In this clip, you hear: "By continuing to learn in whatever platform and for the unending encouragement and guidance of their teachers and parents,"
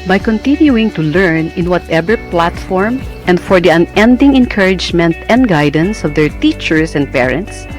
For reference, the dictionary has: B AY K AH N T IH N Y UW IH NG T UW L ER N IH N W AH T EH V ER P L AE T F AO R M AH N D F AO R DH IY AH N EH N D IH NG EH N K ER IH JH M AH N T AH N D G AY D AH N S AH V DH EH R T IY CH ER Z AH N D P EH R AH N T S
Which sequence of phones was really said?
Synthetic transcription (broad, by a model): B AY K AH N T IH N Y UW IH NG T UW L ER N IH N W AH T EH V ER P L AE T F AO R M AH N D F AO R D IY AH N EH N D IH NG EH N K ER IH JH M AH N T AH N D G AY D AH N S AH V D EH R T IY CH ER S AH N D P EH R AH N T S